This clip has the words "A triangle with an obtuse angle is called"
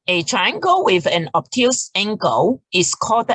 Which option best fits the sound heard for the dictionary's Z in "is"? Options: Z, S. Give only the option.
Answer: S